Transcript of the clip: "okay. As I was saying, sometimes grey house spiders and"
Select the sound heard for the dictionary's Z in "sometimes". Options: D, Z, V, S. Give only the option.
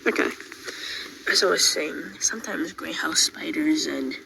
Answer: Z